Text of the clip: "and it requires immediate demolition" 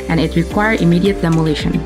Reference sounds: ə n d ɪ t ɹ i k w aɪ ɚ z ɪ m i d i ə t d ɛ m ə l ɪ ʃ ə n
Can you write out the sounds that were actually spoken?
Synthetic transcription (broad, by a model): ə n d ɪ t ɹ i k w aɪ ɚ ɪ m i d i ə t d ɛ m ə l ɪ ʃ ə n